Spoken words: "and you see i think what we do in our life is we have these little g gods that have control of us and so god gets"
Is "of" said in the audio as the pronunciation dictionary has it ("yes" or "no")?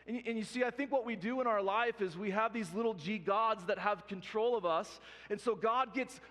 yes